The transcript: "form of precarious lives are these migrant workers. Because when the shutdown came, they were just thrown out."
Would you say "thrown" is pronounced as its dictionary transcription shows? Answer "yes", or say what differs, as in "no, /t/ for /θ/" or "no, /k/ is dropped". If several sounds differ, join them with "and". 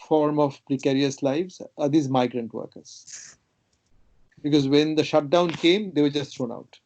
no, /t/ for /θ/